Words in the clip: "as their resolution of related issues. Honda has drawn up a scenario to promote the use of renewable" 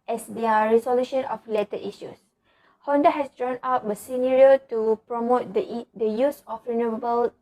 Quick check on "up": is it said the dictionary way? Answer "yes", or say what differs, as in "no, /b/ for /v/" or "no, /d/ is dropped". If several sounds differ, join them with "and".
no, /b/ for /p/